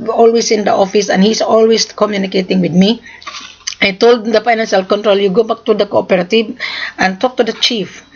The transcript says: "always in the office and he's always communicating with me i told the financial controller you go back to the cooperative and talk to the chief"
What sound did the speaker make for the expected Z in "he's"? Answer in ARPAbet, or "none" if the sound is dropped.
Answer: S